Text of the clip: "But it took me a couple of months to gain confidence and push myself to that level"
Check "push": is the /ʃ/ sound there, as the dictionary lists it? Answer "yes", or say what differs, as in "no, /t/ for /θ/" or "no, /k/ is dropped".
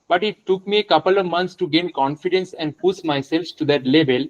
no, /s/ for /ʃ/